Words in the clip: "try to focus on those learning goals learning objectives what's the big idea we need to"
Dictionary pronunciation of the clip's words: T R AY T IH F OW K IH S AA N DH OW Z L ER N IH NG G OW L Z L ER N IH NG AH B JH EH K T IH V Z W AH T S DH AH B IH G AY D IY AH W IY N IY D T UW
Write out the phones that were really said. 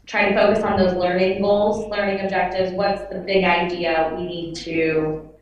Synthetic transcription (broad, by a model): T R AY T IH F OW K IH S N DH OW Z L ER N IH NG G OW L Z L ER N IH NG AH B JH EH K T IH V Z W AH T S DH AH B IH G AY D IY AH W IY N IY D T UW